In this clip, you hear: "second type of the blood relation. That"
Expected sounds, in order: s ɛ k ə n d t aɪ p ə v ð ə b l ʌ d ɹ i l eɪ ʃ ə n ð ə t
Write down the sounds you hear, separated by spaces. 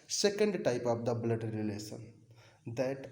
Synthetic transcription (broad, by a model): s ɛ k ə n d t aɪ p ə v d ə b l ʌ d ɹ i l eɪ s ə n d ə t